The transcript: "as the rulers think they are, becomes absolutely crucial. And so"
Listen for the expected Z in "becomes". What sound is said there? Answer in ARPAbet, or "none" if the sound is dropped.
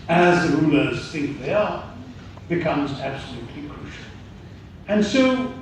Z